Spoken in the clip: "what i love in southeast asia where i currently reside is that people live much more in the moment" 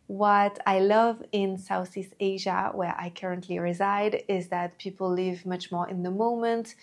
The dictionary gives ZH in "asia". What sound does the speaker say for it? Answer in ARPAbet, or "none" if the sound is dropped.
ZH